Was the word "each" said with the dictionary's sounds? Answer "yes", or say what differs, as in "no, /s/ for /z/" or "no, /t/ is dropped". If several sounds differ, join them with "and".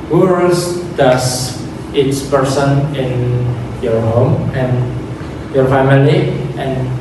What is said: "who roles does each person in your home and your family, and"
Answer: no, /s/ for /tʃ/